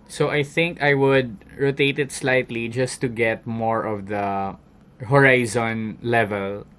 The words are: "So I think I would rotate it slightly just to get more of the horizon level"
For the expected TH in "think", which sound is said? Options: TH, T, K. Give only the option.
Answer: TH